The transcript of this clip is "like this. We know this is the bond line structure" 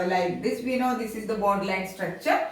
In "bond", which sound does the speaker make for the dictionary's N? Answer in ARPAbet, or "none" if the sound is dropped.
none